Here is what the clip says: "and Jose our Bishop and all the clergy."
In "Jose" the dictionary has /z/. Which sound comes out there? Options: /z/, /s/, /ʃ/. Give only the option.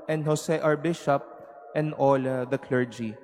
/s/